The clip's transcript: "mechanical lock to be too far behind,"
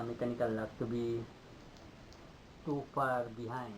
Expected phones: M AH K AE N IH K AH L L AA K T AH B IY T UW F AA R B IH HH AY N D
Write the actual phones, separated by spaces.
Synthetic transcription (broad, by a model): M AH K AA N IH K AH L L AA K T B IY T UW P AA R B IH HH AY